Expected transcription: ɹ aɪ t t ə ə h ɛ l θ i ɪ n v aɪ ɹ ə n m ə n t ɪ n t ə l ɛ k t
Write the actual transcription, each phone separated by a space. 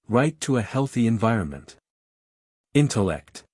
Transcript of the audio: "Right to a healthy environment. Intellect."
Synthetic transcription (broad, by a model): ɹ aɪ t t ə ə h ɛ l θ i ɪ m v aɪ ɹ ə n m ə n t ɪ n t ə l ɛ k t